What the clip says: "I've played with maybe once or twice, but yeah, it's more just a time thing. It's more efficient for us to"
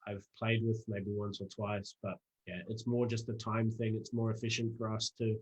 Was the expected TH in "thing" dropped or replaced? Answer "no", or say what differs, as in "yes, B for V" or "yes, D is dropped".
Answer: no